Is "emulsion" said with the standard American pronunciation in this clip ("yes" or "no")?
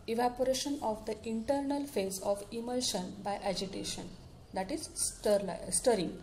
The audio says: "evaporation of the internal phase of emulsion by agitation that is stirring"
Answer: yes